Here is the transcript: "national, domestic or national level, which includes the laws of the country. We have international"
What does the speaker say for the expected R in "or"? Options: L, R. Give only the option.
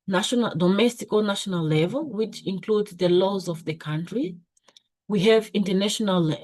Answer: L